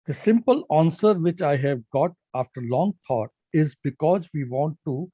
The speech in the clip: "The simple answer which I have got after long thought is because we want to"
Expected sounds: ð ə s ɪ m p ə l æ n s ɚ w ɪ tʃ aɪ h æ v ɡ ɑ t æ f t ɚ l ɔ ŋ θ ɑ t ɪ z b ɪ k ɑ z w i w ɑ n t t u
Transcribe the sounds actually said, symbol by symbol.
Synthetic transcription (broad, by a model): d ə s ɪ m p ə l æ n s ɚ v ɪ tʃ aɪ h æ v ɡ ɑ t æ f t ɚ l ɔ ŋ t ɑ t ɪ z b ɪ k ɑ z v i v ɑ n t t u